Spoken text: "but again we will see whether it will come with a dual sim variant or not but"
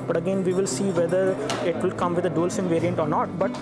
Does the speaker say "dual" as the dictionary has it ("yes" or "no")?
yes